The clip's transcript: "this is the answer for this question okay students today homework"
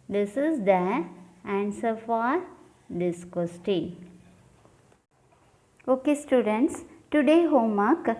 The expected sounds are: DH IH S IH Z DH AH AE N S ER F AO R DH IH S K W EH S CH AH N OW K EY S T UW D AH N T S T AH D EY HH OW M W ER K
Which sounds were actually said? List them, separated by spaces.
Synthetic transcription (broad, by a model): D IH S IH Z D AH AE N S ER F AO R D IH S K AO S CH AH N OW K EY S T UW D AH N T S T AH D EY HH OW M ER K